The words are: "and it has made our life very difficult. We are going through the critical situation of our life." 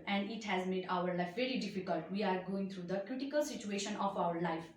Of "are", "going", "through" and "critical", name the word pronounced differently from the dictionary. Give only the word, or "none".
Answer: through